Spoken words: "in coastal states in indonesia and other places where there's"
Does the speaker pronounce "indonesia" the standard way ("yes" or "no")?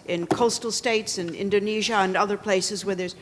yes